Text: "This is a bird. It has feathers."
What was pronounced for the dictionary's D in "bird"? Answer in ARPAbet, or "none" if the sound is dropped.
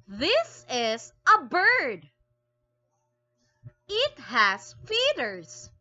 D